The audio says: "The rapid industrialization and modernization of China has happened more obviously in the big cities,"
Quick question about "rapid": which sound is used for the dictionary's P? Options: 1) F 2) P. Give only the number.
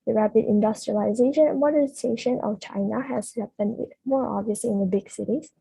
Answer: 2